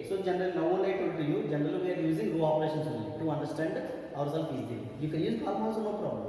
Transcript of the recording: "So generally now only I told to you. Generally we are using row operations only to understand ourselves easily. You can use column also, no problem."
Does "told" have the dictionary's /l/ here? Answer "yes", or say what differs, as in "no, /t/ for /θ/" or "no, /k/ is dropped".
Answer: no, /l/ is dropped